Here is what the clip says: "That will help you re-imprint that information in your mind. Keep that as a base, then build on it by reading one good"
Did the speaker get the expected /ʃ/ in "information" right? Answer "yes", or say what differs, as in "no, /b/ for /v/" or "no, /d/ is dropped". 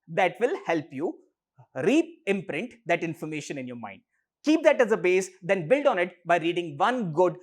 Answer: yes